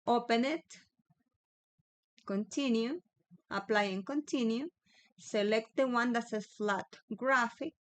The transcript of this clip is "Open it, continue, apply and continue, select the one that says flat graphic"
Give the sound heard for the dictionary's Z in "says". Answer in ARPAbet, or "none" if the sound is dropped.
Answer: none